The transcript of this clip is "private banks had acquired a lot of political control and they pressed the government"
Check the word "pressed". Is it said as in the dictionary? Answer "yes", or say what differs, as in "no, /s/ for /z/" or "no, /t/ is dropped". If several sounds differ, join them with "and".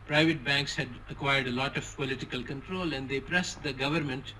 yes